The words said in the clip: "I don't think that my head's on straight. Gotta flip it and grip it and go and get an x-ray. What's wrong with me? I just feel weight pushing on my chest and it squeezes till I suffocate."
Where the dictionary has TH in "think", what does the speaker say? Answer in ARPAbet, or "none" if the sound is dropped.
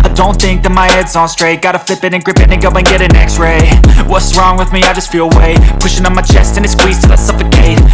TH